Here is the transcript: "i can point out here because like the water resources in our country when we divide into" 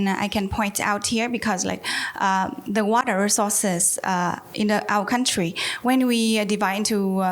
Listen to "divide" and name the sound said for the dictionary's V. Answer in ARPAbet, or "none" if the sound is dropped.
V